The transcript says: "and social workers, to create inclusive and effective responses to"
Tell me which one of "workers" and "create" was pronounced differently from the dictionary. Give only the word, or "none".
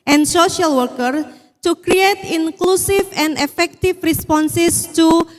workers